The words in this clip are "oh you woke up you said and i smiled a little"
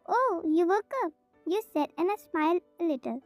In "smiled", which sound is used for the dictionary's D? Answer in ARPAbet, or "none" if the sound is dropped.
none